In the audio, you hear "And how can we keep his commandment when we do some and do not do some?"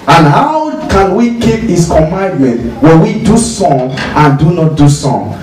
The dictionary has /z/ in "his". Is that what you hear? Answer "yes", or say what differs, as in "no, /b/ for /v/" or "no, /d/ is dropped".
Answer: no, /s/ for /z/